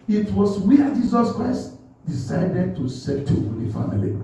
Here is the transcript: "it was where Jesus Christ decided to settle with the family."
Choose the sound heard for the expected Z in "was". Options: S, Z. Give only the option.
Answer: S